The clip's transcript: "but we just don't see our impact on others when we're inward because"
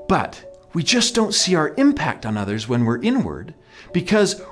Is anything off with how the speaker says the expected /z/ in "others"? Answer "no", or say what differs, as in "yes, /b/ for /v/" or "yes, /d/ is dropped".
no